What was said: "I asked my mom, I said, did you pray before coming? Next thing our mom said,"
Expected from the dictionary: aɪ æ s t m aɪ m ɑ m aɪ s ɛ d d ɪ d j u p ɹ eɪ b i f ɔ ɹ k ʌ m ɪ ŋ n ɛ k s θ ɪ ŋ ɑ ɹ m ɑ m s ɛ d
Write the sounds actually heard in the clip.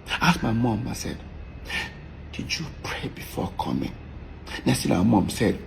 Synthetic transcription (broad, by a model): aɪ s m aɪ m ɑ m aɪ s ɛ d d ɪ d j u p ɹ eɪ b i f ɔ k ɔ m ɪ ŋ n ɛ s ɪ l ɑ m ɑ m s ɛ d